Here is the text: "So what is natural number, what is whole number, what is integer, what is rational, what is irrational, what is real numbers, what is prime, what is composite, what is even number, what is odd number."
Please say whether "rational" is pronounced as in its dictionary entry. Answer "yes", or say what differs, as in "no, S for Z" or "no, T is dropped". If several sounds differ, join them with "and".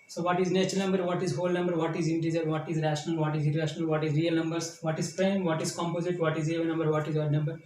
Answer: yes